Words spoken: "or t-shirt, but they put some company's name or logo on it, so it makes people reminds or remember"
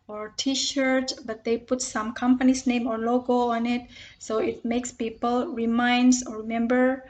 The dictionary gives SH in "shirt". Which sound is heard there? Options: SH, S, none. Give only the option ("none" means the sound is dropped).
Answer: SH